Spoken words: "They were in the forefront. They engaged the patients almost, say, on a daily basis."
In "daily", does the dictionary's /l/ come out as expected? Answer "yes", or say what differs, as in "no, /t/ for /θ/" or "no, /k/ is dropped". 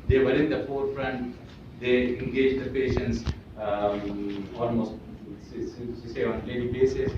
no, /n/ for /l/